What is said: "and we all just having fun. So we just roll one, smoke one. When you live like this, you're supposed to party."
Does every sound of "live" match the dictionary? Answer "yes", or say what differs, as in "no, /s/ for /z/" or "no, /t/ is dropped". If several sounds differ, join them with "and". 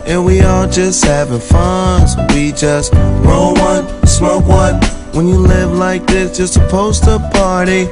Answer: yes